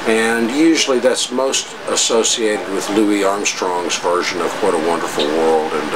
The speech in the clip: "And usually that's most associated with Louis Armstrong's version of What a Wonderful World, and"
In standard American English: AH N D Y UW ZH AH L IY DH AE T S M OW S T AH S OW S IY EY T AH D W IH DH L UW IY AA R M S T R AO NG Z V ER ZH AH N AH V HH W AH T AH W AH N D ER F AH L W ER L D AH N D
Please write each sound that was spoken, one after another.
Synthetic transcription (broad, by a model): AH N Y UW ZH L IY DH AE T S M OW S T AH S OW S IY EY T AH D W IH DH L UW IY AA R M S T R AO NG Z V ER ZH AH N AH V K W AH T AH W AH N D ER F L W ER L D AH N